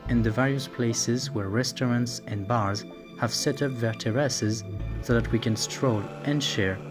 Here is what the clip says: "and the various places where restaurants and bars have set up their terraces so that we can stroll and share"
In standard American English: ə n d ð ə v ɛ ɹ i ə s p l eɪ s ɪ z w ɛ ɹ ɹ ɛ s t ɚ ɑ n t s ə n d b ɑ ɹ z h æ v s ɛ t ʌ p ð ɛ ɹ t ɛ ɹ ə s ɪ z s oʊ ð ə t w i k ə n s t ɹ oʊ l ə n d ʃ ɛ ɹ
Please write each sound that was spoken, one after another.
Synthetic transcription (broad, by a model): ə n ð ə v ɛ ɹ i ə s p l eɪ s ɪ z w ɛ ɹ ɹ ɛ s t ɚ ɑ n t s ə n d b ɑ ɹ z h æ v s ɛ t ʌ p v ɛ ɹ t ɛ ɹ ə s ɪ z s oʊ ð ə t w i k ə n s t ɹ oʊ l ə n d ʃ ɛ ɹ